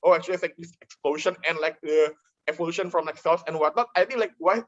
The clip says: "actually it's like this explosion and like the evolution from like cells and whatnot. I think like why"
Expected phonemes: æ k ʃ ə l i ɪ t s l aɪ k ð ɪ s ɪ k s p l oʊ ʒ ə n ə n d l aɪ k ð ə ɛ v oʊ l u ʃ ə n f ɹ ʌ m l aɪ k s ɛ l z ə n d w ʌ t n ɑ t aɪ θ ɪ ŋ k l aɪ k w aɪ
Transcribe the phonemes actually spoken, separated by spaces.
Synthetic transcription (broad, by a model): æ k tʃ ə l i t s l aɪ k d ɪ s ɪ k s p l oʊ ʃ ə n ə n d l aɪ k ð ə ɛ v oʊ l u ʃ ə n f ɹ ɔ m l aɪ k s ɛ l s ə n w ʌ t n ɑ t aɪ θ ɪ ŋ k l aɪ k w aɪ